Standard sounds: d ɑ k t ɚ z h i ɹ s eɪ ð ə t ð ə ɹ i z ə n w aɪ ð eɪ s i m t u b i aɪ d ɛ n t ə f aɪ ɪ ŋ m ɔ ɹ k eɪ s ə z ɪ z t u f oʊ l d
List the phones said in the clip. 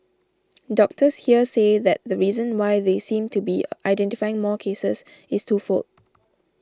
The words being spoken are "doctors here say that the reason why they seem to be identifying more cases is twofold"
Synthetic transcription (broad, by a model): d ɑ k t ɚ s h i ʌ s eɪ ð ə t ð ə ɹ i z ə n w aɪ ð eɪ s i m t u b i aɪ d ɛ n t ə f aɪ ɪ ŋ m ɔ k eɪ s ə s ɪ s t u f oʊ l